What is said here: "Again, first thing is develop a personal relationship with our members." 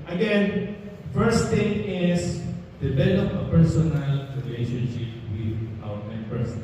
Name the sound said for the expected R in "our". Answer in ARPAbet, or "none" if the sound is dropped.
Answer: W